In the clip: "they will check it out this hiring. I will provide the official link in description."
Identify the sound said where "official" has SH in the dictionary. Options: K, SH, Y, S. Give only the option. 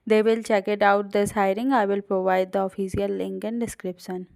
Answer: S